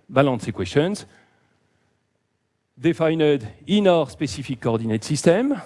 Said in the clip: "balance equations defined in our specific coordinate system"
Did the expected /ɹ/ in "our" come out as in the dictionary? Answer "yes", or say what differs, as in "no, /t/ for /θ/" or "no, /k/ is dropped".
yes